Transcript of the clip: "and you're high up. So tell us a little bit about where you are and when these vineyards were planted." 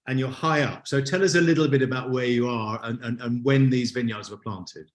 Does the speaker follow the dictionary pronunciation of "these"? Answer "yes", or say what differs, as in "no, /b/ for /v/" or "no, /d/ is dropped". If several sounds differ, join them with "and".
yes